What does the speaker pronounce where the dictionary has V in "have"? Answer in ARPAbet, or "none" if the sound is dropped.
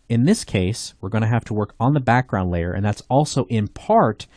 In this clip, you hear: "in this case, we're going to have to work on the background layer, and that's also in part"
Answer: F